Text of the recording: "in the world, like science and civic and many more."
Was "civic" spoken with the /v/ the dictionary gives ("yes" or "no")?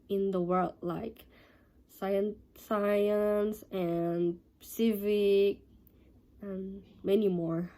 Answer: yes